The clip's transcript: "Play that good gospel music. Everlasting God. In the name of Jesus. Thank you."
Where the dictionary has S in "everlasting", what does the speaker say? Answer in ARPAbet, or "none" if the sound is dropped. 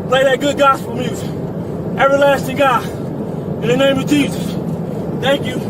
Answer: S